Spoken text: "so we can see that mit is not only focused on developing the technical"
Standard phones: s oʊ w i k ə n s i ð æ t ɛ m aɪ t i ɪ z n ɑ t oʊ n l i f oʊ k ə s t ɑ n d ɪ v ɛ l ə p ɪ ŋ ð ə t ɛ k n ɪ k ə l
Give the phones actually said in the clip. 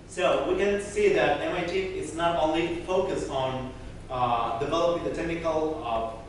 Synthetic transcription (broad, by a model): s oʊ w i k ə n s i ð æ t ɛ m aɪ t i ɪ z n ɑ t oʊ n l i f oʊ k ə s t ɑ n d ɪ v ɛ l ə p ɪ ŋ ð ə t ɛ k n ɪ k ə l